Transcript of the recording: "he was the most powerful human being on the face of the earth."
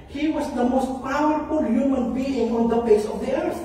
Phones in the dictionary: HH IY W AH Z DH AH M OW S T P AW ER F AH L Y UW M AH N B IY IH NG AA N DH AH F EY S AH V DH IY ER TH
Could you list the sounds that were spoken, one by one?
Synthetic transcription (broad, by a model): HH IY W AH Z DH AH M OW S T P AW ER F AH L Y UW M AH N B IY IH NG AA N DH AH P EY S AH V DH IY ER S